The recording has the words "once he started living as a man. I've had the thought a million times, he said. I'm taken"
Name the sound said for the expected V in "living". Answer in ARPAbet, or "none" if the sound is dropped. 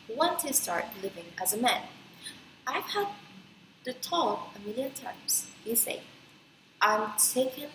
V